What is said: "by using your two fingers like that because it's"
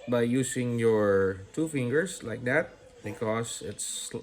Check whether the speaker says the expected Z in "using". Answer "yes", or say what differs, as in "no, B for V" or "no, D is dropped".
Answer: no, S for Z